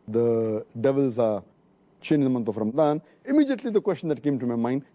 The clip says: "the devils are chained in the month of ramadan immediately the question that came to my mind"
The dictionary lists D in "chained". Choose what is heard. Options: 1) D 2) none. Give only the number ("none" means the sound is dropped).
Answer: 2